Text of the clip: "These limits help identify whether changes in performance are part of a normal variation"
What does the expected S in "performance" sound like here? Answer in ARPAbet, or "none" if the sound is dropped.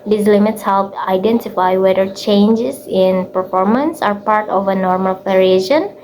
S